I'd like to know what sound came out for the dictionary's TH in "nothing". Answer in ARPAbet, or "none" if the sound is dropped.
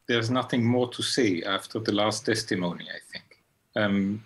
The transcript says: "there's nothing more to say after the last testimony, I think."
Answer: TH